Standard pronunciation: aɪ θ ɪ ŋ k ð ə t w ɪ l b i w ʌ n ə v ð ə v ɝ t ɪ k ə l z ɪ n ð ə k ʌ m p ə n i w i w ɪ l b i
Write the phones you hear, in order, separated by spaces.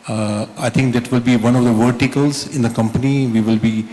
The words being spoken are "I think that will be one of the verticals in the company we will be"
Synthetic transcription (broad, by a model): aɪ t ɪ ŋ k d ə t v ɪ l b i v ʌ n ə v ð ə v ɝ t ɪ k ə l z ɪ n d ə k ʌ m p ə n i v i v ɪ l b i